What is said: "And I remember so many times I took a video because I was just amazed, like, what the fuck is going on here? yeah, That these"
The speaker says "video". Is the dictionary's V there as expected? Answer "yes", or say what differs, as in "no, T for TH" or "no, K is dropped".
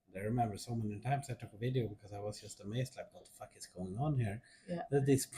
yes